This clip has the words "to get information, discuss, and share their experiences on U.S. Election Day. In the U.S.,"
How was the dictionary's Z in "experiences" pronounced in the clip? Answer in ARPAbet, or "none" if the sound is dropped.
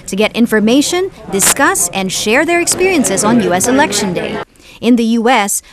Z